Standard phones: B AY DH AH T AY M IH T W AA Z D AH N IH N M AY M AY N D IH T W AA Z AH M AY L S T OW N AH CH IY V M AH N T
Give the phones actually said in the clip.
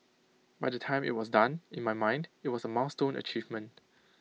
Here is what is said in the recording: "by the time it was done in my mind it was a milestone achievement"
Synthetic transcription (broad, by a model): B AY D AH T AY M IH T W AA S D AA N IH N M AY M AY N D IH T W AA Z AH M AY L S T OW N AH CH IY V M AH N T